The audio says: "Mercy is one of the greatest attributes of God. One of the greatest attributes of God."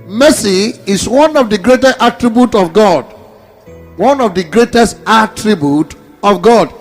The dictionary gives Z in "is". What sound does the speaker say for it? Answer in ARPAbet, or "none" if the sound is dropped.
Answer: S